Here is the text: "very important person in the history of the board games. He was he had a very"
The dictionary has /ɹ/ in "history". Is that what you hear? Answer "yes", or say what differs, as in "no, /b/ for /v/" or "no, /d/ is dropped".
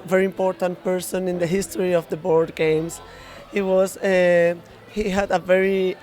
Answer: yes